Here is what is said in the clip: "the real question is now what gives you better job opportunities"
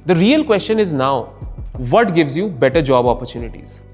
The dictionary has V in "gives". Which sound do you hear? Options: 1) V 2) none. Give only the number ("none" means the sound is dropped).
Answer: 1